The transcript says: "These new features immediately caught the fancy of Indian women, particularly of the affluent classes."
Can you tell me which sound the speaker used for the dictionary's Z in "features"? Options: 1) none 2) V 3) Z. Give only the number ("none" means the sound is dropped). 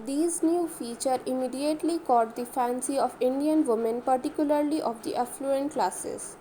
1